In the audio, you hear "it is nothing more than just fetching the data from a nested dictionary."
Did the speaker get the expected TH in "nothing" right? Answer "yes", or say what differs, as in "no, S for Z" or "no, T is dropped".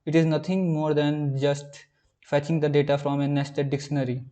no, T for TH